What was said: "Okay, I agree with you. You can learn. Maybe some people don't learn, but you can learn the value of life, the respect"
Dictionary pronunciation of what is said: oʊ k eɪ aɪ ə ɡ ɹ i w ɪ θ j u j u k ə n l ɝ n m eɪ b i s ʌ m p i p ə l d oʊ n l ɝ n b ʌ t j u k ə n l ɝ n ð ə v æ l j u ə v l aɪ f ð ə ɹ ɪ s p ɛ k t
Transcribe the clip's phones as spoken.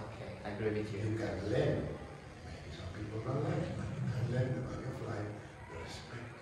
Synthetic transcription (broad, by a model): oʊ k eɪ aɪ ə ɡ ɹ i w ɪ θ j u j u k ə n l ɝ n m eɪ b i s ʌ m p i p ə l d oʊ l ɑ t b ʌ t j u k ə n l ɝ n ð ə b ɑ j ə f l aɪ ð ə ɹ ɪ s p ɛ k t